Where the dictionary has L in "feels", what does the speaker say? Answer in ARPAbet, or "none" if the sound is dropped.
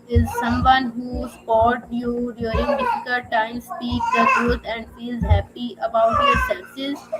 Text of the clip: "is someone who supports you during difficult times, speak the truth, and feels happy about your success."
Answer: none